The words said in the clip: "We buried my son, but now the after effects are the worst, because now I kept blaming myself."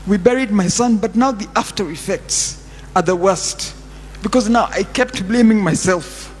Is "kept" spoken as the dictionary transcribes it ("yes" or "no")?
yes